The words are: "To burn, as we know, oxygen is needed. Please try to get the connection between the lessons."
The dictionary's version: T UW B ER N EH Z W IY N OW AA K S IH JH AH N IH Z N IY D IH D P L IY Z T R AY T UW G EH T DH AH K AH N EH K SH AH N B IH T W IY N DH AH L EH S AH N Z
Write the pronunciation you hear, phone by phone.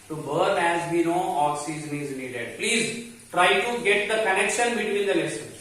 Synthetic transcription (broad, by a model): T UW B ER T EH Z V IY N OW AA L S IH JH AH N IH Z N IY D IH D P L IY Z T R AY T UW G EH T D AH K AH N EH K SH AH N B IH T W IY N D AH L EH S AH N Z